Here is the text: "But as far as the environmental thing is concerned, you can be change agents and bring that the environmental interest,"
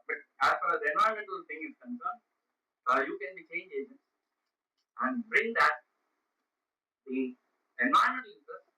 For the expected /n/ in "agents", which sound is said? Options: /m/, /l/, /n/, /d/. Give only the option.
/n/